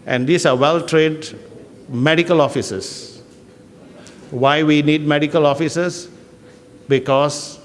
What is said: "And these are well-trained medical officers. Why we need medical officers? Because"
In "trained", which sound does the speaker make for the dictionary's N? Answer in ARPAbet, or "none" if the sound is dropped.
none